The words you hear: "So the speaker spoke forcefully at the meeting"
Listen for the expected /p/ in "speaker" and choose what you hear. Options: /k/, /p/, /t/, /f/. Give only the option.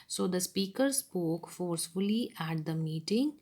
/p/